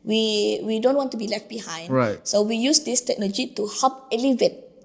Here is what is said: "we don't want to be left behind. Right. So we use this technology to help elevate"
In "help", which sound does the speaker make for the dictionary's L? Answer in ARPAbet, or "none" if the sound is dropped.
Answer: none